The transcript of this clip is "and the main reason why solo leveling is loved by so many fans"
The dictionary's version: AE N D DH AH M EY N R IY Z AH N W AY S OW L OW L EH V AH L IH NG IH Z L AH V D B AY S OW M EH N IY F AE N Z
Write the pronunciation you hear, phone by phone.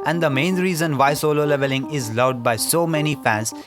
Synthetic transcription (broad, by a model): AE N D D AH M EY N R IY Z AH N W AY S OW L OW L EH V AH L IH NG IH Z L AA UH D B AY S OW M EH N IY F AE N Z